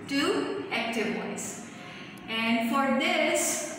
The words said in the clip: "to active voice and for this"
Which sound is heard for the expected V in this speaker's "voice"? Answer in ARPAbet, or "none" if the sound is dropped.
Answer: W